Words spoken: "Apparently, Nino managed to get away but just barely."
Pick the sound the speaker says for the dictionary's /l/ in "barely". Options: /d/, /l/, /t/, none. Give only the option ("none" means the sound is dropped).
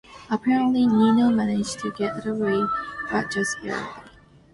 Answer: none